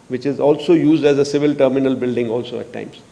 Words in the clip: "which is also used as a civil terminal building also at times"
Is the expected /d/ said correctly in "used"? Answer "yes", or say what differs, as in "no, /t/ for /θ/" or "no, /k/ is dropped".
yes